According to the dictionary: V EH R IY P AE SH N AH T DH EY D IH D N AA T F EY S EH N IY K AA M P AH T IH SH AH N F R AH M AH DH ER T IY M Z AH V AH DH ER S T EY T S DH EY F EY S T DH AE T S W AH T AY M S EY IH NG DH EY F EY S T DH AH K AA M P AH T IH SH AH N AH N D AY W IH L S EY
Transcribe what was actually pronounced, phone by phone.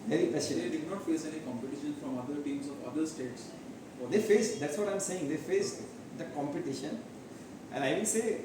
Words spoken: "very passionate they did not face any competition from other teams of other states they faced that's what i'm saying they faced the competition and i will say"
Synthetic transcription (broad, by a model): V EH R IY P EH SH AH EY D IH D N AA T F EY S EH N IY K AA M P AH T IH SH AH N F R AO M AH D ER T IY M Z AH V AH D ER S T EY T S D EY F EY S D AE T S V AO T AY M S EY IH NG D EY F EY S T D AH K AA M P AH T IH SH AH N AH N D AY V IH N S EY